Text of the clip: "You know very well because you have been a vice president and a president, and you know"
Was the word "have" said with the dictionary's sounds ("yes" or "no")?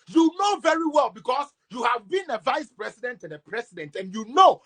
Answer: yes